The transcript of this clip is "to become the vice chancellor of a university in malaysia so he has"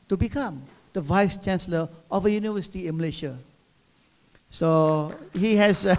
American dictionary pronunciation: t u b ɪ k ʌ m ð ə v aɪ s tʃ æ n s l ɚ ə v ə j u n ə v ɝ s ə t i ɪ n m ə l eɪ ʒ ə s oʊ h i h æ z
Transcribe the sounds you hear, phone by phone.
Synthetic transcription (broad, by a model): t u b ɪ k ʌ m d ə v aɪ s tʃ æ n s l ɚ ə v ə j u n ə v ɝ s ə t i ɪ n m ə l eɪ ʃ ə s oʊ h i h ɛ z